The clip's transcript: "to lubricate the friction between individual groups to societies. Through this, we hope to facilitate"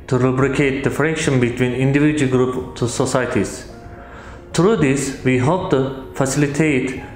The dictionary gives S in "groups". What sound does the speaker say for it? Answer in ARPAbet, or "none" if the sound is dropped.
none